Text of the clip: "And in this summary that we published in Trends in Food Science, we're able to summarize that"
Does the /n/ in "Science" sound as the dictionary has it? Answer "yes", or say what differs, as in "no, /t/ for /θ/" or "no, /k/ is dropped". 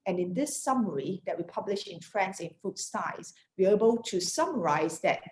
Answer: no, /n/ is dropped